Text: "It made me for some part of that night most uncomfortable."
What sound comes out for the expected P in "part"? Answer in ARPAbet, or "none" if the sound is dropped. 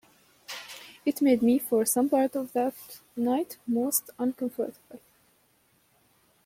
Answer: P